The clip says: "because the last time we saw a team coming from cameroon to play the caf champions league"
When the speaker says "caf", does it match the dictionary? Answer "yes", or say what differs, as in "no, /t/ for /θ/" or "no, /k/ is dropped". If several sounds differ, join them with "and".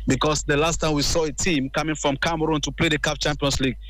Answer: no, /p/ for /f/